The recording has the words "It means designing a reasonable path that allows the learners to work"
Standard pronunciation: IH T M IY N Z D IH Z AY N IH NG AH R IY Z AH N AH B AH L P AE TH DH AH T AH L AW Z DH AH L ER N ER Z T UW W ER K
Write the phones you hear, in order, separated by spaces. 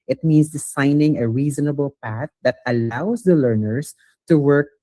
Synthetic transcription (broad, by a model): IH T M IY N S D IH S AY N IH NG AH R IY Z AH N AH B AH L P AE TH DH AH T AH L AW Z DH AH L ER N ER S T UW W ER K